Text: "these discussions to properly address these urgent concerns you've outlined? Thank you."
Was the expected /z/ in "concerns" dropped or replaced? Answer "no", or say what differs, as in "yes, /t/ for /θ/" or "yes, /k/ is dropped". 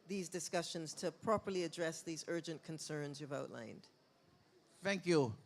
no